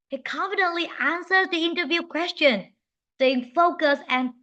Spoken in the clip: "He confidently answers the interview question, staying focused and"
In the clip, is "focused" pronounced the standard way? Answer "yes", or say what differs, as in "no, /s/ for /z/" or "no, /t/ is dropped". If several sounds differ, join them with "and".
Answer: no, /t/ is dropped